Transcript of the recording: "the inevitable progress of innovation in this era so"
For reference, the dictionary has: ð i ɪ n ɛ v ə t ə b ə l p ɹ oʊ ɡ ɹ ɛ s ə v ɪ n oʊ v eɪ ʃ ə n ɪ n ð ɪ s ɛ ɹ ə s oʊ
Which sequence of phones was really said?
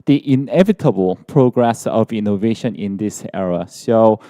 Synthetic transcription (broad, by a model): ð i ɪ n ɛ v ə t ə b ə l p ɹ oʊ ɡ ɹ ɛ s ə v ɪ n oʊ v eɪ ʃ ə n ɪ n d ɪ s ɛ ɹ ə s oʊ